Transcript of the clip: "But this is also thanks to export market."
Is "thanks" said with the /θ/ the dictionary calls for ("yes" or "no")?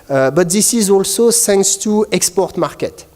no